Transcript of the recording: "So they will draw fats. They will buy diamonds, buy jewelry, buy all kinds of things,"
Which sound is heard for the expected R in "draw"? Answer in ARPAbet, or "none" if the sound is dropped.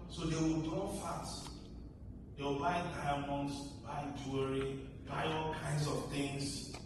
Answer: none